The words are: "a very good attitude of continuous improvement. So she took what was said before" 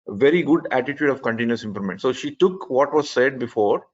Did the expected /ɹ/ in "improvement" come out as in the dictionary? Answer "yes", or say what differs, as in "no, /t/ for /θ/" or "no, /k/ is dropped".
no, /l/ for /ɹ/